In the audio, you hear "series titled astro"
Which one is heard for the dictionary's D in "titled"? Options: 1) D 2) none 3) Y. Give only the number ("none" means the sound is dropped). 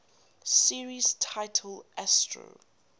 2